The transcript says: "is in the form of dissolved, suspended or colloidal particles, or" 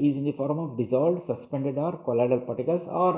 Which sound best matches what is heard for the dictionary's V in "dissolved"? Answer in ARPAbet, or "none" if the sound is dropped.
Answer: none